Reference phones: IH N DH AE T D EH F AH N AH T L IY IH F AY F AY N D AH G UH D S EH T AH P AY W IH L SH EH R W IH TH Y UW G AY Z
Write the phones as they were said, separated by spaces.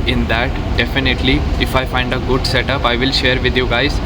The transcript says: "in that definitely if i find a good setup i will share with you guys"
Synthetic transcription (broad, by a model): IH N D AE T D EH F AH N AH T L IY IH F AY F AY N D AH G UH D S EH T AH P AY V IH L SH EH R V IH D Y UW G AY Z